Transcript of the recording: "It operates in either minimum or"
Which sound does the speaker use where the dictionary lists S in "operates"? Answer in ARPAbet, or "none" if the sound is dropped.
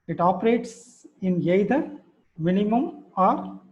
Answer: S